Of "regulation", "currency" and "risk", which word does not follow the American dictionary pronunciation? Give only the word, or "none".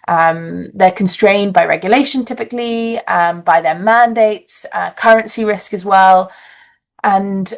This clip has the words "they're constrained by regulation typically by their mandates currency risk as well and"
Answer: none